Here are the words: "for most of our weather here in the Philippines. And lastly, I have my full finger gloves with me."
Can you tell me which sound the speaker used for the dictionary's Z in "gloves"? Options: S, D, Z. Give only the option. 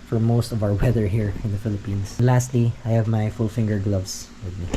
S